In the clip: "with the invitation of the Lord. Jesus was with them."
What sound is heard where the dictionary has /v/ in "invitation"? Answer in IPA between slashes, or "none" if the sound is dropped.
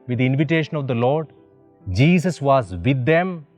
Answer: /v/